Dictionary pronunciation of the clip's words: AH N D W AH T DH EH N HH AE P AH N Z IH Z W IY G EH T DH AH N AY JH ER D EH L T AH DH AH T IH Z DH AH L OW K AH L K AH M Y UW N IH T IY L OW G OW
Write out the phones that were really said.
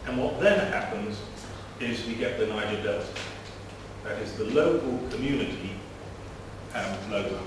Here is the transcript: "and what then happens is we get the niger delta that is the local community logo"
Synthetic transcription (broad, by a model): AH N W AH T DH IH N HH AE P AH N Z IH Z W IY G EH T DH AH N AY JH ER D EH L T DH AH T IH Z DH AH L OW K AH L K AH M Y UW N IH T IY L OW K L